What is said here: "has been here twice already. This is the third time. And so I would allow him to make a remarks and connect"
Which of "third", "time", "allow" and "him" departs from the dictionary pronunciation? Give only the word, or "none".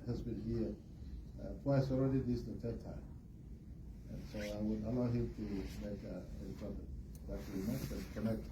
third